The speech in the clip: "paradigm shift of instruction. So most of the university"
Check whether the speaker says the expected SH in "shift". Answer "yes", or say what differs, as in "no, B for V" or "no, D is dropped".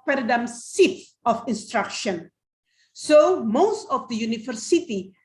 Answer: no, S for SH